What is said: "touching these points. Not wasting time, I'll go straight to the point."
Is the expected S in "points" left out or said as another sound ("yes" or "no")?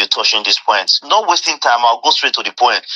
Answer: yes